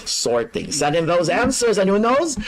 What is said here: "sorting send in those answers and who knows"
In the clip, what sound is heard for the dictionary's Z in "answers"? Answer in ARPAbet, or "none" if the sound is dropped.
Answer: Z